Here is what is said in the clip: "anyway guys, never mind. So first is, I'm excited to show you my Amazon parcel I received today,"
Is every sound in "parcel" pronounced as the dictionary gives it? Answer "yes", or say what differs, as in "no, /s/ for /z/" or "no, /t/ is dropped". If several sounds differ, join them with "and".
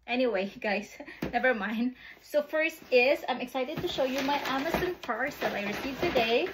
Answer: no, /f/ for /p/